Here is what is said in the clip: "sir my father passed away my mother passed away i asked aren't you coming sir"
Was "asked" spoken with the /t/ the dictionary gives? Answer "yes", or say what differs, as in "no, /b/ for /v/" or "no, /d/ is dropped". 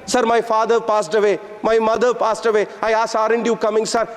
no, /t/ is dropped